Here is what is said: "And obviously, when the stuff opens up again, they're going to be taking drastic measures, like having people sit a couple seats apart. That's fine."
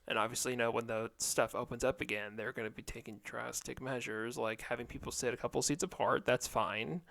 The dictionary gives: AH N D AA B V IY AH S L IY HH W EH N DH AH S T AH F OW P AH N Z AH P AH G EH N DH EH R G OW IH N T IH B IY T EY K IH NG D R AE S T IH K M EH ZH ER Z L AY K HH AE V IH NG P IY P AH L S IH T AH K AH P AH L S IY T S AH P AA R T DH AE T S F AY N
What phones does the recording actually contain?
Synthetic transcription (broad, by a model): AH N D AA B V IY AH S L IY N W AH N DH AH S T AH F OW P AH N Z AH P AH G EH N DH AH R G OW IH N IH B IY T EY K IH NG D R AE S T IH K M EH ZH ER Z L AY K HH AE V IH NG P IY P L S IH T AH K AH P L S IY T S AH P AA R T DH AE T S F AY N